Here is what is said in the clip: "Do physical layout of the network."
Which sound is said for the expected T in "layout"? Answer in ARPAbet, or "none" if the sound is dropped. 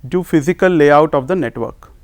T